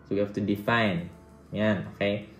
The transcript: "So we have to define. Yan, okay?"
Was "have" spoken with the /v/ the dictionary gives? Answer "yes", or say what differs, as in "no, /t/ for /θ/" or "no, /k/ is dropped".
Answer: no, /f/ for /v/